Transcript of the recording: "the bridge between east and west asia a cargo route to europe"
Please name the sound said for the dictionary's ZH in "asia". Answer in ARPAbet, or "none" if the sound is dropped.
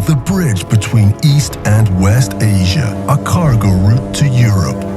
ZH